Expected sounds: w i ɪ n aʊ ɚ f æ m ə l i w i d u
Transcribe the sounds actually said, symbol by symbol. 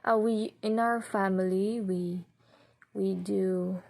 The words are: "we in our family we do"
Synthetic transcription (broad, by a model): w i ɪ n aʊ ɚ f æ m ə w i w i d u